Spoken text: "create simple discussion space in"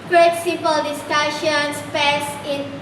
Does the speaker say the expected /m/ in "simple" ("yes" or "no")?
no